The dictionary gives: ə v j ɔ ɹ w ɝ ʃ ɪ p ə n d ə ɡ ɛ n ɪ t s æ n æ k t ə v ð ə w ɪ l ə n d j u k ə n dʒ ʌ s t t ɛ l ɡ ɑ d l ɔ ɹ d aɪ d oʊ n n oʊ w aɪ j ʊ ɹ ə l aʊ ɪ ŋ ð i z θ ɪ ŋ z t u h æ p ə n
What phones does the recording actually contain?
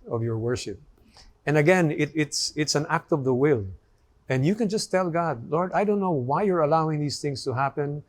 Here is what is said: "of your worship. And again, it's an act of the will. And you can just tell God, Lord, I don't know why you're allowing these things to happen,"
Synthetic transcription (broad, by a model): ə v j ɔ ɹ w ɝ ʃ ɪ p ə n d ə ɡ ɛ n ɪ t s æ n æ k t ə v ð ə w ɪ l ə n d j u k ə n dʒ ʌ s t t ɛ l ɡ ɑ d l ɔ ɹ d aɪ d oʊ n n oʊ w aɪ j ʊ ɹ ə l aʊ ɪ ŋ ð i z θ ɪ ŋ s t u h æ p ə n